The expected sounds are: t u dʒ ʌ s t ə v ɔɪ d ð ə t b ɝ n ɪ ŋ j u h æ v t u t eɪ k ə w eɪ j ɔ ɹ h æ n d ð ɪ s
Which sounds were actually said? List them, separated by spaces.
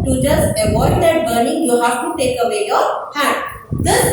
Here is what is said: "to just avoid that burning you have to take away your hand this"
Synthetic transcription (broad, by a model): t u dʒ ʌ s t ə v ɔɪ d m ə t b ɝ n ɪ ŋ j u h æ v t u t eɪ k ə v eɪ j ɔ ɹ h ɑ d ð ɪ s